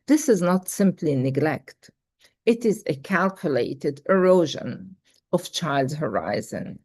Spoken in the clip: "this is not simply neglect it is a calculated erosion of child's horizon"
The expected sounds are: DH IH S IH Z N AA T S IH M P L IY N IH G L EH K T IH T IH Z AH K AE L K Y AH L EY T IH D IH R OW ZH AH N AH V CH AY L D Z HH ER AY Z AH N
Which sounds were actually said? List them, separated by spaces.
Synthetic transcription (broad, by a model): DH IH S IH Z N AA T S IH M P L IY N IH G L EH K T IH T IH Z AH K AE L K Y AH L EY T IH D IH R OW ZH AH N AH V CH AY L D Z HH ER AY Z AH N